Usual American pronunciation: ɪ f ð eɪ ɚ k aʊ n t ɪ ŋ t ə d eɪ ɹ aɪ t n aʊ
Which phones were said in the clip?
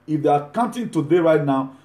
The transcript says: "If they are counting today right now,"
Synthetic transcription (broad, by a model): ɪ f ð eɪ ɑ k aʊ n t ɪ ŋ t ə d eɪ ɹ aɪ t n aʊ